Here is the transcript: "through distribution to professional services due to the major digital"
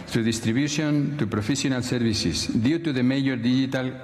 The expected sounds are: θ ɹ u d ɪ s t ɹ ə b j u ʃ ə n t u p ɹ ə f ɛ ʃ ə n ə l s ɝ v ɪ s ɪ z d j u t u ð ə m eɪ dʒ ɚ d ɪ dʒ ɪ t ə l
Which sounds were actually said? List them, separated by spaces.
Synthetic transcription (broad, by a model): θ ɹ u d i s t ɹ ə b j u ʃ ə n t u p ɹ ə f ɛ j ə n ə l s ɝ b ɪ s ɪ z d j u t u ð ə m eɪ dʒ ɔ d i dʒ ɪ t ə l